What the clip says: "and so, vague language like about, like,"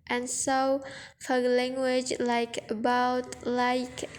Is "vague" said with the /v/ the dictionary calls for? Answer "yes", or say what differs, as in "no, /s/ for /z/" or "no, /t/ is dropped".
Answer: no, /f/ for /v/